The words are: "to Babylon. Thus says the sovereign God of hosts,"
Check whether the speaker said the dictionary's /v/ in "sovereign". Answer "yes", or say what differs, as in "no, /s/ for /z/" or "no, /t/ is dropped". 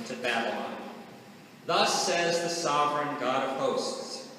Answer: yes